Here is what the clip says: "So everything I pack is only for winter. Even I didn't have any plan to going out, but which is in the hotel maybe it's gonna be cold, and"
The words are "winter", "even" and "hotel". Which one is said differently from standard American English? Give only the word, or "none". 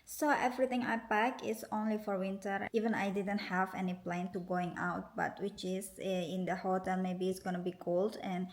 none